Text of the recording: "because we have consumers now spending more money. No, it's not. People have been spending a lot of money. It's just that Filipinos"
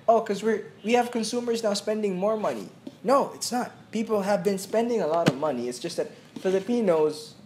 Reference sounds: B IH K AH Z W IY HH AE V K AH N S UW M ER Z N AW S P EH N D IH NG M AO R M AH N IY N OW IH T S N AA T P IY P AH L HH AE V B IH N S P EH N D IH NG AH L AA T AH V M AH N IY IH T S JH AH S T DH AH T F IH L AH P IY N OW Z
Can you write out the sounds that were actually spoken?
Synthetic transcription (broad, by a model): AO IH K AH Z W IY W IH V K AH N S UW M ER Z N AW S P EH N D IH NG M AO R M AH N IY N OW IH T S N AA T P IY P L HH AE V B IH N S P EH N D IH NG AH L AA T AH V M AH N IY IH T S JH AH S T DH AH T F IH L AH P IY N OW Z